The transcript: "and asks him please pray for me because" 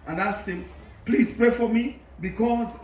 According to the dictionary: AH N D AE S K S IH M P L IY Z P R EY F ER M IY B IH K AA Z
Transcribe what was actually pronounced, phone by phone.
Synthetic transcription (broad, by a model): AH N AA S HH IH M P L IY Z P R EY F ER M IY B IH K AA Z